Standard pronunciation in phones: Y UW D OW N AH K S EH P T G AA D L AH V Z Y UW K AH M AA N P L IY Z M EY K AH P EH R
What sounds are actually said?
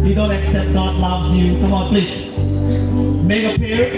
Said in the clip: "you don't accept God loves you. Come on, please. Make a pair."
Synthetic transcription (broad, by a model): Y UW D OW N AH K S EH P T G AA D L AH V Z Y UW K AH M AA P L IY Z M EY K AH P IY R